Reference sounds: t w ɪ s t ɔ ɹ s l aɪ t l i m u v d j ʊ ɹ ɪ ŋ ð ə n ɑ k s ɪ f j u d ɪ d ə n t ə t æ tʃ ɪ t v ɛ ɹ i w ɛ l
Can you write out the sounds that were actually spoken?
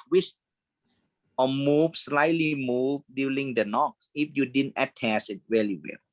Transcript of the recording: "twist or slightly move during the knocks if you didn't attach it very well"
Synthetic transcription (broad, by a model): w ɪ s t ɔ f s l aɪ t l i m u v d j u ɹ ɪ ŋ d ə n ɑ k s ɪ f j u d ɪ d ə n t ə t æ s ɪ t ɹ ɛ l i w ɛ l